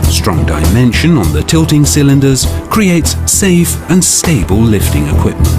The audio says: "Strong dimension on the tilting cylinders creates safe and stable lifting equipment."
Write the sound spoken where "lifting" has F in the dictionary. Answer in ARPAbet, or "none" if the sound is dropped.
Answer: F